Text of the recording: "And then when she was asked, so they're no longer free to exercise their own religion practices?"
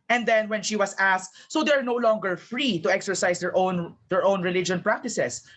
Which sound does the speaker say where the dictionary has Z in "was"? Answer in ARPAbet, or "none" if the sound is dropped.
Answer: S